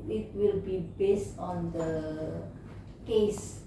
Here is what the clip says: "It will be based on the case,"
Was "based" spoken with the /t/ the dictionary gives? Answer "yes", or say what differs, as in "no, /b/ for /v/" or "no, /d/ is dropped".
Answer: yes